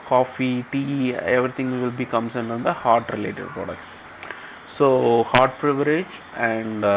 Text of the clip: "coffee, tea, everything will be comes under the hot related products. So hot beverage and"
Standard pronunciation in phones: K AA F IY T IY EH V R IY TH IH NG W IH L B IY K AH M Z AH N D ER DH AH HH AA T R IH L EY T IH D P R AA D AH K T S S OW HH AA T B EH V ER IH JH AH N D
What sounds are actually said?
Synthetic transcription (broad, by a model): K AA F IY T IY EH V R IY T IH NG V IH L B IY K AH M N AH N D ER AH HH AA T R IH L EY T IH D P R AA D AH K T S S OW HH AA T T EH V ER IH JH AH N D